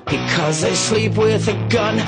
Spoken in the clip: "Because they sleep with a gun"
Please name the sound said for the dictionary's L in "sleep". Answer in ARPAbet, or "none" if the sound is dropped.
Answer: L